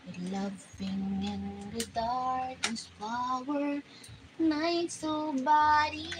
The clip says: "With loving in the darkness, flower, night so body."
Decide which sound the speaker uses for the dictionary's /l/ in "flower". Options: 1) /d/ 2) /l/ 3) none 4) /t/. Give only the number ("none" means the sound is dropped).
3